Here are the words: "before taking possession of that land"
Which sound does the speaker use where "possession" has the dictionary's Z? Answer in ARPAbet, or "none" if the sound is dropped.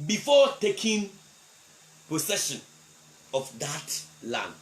S